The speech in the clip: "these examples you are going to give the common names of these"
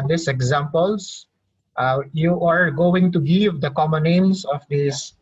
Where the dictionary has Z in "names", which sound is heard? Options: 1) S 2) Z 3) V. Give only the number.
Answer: 1